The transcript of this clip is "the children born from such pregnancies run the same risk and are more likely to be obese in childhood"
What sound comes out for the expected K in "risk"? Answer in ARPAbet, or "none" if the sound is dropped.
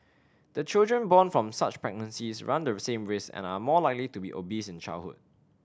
none